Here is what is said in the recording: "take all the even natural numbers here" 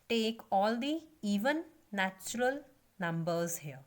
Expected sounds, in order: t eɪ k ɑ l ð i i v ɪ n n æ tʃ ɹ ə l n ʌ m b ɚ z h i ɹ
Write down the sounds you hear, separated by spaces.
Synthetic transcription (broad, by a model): t eɪ k ɑ l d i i v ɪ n n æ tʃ ɹ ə l n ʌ m b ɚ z h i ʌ